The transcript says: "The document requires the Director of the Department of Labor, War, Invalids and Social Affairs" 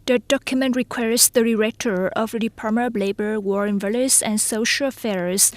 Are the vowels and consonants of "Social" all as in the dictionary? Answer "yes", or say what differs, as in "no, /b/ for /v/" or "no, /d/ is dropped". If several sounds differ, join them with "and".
yes